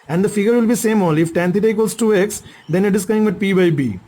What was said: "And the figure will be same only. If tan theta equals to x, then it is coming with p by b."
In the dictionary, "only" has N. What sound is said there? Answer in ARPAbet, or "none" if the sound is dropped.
none